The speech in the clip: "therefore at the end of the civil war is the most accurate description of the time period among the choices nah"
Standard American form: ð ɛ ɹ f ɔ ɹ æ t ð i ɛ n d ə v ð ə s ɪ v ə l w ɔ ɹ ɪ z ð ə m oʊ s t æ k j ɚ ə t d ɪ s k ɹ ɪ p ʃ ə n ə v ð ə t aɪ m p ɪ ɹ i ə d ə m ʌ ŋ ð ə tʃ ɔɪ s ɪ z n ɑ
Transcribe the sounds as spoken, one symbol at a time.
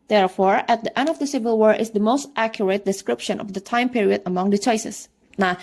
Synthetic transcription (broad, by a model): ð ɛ ɹ f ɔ ɹ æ t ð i ɛ n d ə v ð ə s ɪ v ə l w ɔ ɹ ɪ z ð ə m oʊ s t æ k j ɚ ə t d ɪ s k ɹ ɪ p ʃ ə n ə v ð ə t aɪ m p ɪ ɹ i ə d ə m ʌ ŋ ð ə tʃ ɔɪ s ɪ s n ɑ